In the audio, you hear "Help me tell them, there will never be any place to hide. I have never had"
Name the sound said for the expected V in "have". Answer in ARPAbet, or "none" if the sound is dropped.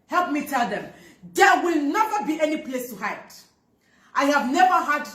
V